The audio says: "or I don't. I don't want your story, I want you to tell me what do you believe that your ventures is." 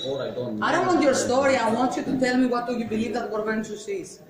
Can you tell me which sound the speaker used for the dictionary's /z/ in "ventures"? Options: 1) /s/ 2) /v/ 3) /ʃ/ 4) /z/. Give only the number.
1